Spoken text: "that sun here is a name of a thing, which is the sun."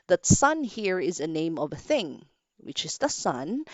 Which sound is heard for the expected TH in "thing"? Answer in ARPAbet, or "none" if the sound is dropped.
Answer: TH